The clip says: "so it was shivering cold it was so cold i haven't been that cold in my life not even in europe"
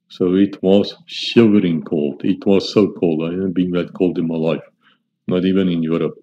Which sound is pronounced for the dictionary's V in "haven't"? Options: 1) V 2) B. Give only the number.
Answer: 2